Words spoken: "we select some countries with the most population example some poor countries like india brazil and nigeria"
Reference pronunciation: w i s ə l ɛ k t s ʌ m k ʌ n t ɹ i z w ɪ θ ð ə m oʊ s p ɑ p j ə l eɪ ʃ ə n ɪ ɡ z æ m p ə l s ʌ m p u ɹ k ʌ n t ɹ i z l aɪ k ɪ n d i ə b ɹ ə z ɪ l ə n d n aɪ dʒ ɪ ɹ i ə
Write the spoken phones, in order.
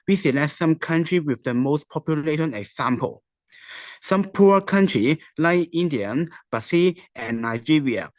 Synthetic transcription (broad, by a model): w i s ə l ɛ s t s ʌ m k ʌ n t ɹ i w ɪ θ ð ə m oʊ s p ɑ p j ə l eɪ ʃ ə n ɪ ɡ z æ m p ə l s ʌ m p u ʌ k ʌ n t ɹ i l aɪ k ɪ n d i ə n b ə s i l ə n n aɪ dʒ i ɹ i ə